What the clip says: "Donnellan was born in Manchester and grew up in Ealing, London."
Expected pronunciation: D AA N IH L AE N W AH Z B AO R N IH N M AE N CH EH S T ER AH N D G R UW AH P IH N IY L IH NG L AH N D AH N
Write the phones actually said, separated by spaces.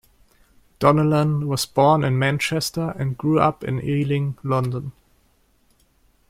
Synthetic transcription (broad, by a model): D AA N IH L AE N W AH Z B AO R N IH N M AE N CH EH S T ER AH N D G R UW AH P IH N IY L IH NG L AH N D AH N